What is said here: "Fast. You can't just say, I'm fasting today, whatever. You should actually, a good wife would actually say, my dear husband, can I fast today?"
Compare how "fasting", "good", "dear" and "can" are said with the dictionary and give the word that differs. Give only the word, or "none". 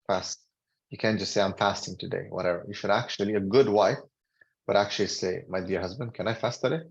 none